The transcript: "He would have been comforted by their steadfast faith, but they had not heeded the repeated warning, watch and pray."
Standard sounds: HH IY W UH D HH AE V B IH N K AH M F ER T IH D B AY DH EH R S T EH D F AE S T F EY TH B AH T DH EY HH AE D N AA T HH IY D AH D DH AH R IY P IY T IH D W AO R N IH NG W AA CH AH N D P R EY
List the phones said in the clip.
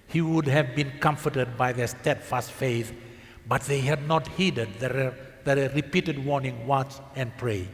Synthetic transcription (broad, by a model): HH IY W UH D HH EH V B IH N K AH M F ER T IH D B AY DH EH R S T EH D F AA S T F EY TH B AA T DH EY HH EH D N AA T HH IY D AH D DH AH R IY P IY T IH D W AO R N IH NG W AA CH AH N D P R EY